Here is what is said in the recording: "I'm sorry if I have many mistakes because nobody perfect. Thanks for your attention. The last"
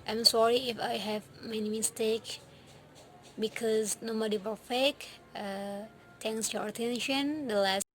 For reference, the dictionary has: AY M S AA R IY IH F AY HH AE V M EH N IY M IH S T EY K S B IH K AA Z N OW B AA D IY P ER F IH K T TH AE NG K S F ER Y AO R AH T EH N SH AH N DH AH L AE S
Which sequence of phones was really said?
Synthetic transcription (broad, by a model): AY M S AA R IY IH F AY HH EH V M EH N IY M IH S T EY K B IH K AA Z N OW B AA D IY F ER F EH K T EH NG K S Y AO R AH T EH N SH AH N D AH L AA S